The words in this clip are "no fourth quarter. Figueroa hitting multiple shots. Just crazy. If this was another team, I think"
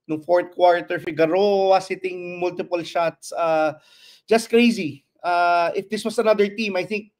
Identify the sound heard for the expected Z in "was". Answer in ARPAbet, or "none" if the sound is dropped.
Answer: S